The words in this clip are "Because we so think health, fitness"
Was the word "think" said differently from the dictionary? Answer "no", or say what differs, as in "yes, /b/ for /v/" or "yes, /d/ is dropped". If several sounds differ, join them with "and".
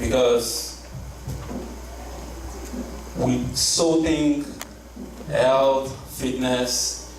yes, /t/ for /θ/